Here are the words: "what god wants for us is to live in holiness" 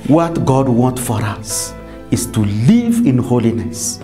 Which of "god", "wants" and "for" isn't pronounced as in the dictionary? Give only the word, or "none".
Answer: wants